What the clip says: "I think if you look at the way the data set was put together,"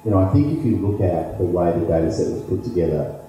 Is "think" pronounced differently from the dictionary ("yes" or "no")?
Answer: no